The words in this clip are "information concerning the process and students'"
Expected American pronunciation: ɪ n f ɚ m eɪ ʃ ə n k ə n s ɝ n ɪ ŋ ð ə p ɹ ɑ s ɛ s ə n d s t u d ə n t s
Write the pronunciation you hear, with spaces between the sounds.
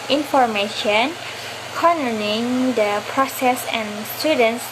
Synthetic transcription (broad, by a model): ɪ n f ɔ m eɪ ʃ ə n k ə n ɝ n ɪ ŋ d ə p ɹ ɑ s ɛ s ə n s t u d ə n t s